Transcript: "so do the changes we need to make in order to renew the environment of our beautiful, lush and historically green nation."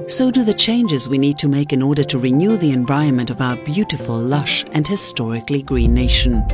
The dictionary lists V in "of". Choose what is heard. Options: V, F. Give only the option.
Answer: V